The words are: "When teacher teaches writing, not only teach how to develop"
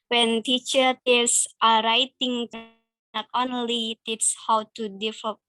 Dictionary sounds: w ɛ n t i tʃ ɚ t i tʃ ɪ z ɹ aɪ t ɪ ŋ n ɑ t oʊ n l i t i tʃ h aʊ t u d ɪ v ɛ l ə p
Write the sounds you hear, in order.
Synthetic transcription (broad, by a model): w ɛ n t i tʃ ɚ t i s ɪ ɹ aɪ t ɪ ŋ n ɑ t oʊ n l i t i s h aʊ t u d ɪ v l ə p